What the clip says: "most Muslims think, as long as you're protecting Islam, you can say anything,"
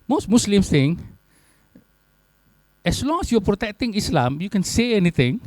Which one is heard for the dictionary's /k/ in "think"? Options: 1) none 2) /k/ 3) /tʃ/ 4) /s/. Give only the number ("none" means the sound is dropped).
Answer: 1